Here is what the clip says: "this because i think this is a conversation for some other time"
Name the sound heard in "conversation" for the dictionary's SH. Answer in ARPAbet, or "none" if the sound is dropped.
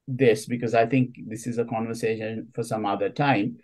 SH